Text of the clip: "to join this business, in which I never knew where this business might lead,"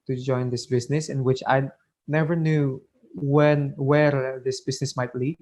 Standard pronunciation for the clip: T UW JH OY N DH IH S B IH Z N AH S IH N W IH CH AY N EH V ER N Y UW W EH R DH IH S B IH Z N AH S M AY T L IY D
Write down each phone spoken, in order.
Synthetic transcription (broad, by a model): T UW JH OY N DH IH S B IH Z N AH S IH N W IH CH AY N EH V ER N Y UW W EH W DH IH S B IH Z N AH S M AY T L IY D